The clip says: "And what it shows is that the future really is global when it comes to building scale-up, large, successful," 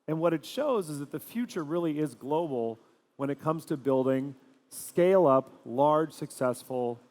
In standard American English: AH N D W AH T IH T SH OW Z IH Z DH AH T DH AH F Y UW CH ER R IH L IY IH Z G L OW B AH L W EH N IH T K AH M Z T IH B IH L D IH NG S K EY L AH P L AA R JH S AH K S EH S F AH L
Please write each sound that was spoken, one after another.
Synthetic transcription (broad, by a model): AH N W AH T IH T SH OW Z IH Z DH AH T DH AH F Y UW CH ER R IH L IY IH Z G L OW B L W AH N IH T K AH M Z T IH B IH L D IH NG S K EY L AH P L AA R JH S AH K S EH S F L